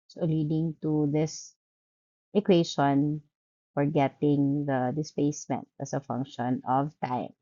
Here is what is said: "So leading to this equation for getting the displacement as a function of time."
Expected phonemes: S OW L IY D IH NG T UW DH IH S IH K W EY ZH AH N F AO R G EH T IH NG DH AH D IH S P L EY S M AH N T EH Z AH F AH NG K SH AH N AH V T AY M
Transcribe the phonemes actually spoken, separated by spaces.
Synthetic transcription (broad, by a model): S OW L IY D IH NG T UW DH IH S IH K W EY SH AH N F AO R G EH T IH NG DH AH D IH S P EY S M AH N T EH S AH F AH NG K SH AH N AH V T AY M